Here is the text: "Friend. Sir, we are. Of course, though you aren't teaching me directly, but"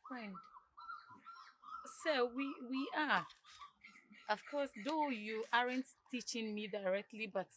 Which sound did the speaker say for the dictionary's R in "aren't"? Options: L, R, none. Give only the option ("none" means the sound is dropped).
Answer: R